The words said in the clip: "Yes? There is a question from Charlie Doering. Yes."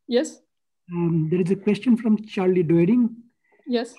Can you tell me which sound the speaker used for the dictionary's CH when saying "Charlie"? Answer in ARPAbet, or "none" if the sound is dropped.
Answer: CH